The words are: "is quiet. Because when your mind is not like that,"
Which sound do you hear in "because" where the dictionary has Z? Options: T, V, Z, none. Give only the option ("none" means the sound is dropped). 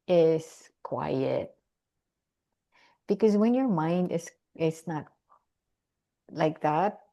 Z